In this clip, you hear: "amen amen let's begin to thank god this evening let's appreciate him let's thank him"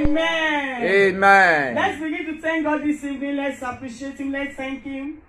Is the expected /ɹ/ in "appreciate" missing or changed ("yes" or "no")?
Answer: no